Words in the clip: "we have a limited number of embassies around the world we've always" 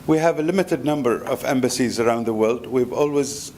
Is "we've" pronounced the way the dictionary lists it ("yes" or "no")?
yes